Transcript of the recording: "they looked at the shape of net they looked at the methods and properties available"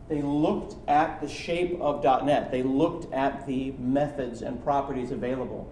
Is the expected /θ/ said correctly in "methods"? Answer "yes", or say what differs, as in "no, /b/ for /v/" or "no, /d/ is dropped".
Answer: yes